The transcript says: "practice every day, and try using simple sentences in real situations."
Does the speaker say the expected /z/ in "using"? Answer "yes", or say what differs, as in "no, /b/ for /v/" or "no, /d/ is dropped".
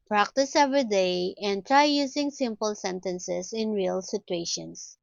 no, /s/ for /z/